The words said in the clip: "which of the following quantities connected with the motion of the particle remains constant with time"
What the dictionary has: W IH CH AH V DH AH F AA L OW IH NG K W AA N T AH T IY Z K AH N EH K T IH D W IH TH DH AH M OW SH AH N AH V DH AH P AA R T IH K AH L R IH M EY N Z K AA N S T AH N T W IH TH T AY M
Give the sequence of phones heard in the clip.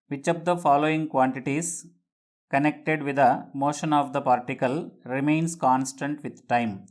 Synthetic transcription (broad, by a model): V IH CH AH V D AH F AA L OW IH NG K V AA N T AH T IY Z K AH N EH K T IH D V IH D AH M OW SH AH N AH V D AH P AA R T IH K AH L R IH M EY N S K AA N S T AH N T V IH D T AY M